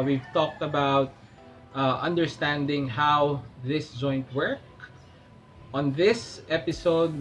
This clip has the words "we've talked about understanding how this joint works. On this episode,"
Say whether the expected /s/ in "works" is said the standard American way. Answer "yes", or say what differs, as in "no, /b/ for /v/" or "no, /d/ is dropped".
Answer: no, /s/ is dropped